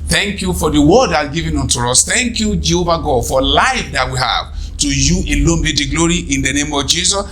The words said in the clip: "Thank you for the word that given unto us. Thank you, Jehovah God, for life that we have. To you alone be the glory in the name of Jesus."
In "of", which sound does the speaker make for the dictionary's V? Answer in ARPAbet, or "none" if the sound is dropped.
V